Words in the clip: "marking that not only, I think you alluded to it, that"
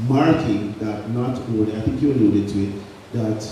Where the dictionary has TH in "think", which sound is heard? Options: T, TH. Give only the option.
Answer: TH